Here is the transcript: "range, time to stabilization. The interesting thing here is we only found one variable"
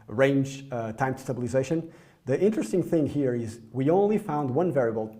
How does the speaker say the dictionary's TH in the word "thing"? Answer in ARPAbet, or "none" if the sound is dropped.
TH